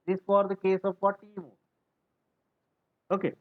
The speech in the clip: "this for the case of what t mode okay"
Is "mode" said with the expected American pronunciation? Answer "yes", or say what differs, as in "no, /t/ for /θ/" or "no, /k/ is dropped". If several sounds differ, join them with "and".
no, /d/ is dropped